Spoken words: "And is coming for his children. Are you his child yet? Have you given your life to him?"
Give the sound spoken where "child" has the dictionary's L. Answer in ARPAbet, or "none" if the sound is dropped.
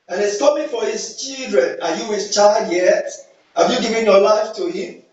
L